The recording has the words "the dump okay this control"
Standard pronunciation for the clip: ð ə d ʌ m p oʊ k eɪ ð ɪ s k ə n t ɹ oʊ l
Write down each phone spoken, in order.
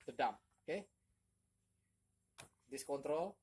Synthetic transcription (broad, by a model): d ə d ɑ m oʊ k eɪ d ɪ s k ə n t ɹ oʊ l